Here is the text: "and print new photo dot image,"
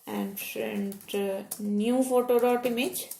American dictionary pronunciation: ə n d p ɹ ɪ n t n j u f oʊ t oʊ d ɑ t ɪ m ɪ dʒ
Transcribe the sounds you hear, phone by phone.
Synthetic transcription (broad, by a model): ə n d f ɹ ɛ n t n j u f oʊ t oʊ d ɑ t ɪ m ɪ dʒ